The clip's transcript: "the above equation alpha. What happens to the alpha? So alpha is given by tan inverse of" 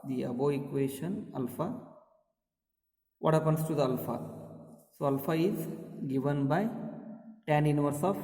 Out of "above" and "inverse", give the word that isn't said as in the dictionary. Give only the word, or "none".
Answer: above